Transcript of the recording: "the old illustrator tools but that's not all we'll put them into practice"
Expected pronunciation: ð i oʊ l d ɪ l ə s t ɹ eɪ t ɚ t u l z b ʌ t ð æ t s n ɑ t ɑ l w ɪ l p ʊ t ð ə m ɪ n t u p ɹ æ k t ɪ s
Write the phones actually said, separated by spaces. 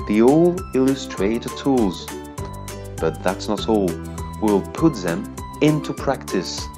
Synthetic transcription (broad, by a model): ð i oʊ l ɪ l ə s t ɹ eɪ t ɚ t u l z b ʌ t ð æ t s n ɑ t ɑ l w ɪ l p ʊ t ð ə m ɪ n t u p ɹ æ k t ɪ s